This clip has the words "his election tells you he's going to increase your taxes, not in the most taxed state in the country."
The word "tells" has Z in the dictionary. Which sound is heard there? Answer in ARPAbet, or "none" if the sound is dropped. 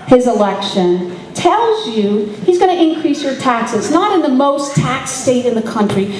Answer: Z